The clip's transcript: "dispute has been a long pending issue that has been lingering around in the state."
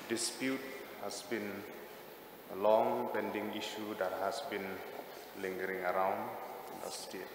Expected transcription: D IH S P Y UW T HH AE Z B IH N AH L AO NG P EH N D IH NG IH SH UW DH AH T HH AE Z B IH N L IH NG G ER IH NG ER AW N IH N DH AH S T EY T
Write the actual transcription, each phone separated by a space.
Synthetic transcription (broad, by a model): D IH S P Y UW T HH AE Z B IH N AH L AO NG P EH N D IH NG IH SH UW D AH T HH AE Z B IH N L IH NG G ER IH NG ER AW N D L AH S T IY